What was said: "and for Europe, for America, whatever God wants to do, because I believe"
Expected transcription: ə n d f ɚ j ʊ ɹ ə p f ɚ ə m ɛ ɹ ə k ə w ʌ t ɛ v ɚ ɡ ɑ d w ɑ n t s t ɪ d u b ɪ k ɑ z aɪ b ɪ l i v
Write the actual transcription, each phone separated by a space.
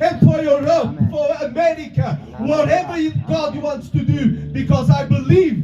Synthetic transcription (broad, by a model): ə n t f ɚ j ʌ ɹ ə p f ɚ ə m ɛ ɹ ə k ə w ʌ t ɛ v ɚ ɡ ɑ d w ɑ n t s t ɪ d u b ɪ k ɑ z aɪ b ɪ l i v